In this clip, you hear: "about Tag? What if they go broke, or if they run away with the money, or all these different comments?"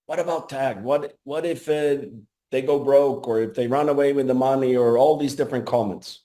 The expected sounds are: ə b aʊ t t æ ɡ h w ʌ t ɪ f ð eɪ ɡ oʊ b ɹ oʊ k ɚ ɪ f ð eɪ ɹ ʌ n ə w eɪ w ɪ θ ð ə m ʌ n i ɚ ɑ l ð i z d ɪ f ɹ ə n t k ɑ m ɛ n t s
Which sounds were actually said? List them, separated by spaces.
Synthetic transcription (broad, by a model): ə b aʊ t t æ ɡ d w ʌ t ɪ f ð eɪ ɡ oʊ b ɹ oʊ k ɚ ɪ f ð eɪ ɹ ʌ n ə w eɪ w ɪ ð ə m ʌ n i ɚ ɑ l ð i z d ɪ f ɹ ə n k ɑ m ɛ n t s